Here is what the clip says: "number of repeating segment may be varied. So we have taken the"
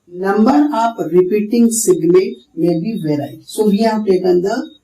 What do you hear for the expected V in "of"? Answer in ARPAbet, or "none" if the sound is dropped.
P